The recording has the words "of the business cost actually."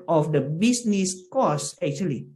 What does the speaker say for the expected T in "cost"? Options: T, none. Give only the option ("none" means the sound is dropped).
none